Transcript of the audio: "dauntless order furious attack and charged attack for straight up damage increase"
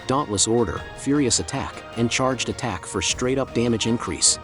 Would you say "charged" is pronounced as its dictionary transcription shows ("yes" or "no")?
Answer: yes